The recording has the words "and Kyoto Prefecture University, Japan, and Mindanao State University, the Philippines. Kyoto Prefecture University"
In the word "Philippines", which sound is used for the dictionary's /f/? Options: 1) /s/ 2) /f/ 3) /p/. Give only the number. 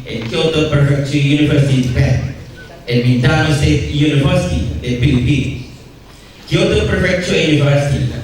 3